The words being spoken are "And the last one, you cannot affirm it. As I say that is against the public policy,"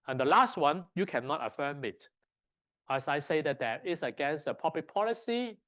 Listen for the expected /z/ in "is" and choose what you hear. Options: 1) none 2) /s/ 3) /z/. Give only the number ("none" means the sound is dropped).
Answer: 2